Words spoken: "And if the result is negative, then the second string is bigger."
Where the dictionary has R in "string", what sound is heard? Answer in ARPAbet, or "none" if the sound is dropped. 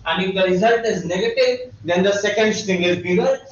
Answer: none